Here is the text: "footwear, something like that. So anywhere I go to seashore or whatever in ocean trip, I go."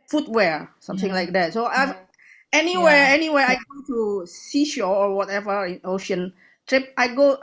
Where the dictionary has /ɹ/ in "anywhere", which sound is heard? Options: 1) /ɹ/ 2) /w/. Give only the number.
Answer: 2